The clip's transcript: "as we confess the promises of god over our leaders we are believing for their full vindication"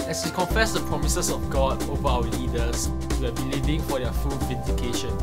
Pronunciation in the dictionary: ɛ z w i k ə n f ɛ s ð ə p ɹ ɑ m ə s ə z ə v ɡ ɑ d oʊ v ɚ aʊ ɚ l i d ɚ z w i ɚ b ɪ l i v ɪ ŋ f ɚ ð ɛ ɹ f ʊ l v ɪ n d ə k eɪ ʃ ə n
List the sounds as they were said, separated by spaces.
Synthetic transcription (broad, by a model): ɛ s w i k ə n f ɛ s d ə p ɹ ɑ m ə s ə s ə f ɡ ɑ d oʊ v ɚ aʊ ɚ l i d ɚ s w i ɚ b ɪ l i v ɪ ŋ f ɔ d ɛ f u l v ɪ n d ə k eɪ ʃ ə n